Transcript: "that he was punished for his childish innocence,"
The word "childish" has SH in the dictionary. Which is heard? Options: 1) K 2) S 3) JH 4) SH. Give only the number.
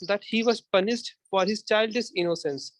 2